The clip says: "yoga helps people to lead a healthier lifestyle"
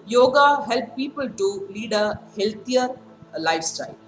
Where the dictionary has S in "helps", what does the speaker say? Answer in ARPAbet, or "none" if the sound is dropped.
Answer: none